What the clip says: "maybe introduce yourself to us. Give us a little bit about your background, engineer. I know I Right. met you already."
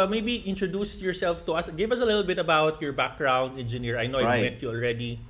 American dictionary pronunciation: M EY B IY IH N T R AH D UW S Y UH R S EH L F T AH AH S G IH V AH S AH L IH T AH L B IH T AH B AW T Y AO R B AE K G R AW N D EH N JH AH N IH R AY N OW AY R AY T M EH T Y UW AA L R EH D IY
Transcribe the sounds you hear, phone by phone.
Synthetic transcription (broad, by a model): M EY B IY IH N T R AH D UW S Y UH R S EH L F T AH AH S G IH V AH S AH L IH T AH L B IH T AH B AW T Y AO R B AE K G R AW N D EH N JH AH N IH R AY N OW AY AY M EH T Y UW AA L R EH D IY